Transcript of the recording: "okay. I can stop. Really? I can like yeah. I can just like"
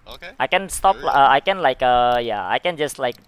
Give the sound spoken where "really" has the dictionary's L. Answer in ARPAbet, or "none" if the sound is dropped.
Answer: none